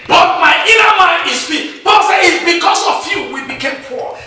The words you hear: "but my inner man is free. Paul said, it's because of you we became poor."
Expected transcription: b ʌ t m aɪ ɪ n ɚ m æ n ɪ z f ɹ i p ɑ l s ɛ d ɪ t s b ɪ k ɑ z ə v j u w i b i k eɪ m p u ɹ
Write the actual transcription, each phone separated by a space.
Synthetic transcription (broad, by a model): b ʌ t m aɪ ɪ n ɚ m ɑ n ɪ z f i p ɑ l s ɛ ɪ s b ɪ k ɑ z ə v j u w i b i k eɪ m p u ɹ